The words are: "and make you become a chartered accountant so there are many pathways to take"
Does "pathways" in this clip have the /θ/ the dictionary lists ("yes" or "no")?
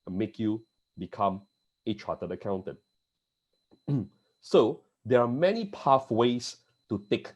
no